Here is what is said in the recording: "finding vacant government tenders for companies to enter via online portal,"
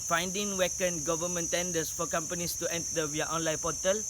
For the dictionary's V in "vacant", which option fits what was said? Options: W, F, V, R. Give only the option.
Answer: W